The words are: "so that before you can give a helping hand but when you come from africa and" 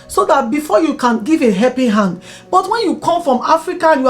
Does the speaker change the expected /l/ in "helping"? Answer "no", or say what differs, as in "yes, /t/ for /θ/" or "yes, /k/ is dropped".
yes, /l/ is dropped